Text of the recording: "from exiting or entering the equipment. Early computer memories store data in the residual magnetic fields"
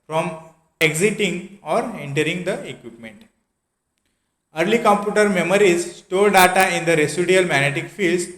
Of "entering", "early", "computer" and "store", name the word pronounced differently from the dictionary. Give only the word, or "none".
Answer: store